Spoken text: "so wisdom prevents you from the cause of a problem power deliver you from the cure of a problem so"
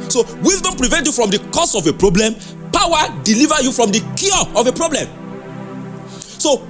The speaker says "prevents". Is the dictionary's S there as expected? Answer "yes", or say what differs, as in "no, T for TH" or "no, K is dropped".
no, S is dropped